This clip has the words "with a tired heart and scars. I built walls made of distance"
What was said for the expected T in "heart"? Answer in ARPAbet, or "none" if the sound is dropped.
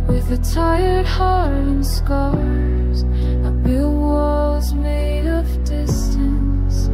none